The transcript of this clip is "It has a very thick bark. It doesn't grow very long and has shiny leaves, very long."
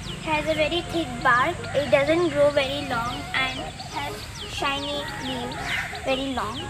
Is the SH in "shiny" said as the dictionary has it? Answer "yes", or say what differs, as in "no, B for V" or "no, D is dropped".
yes